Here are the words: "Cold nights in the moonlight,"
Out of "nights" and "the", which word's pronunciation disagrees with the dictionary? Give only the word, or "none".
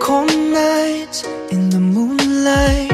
nights